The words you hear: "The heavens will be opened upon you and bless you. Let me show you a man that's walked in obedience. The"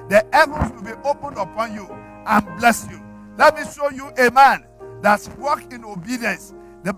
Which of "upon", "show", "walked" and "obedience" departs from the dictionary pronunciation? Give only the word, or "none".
walked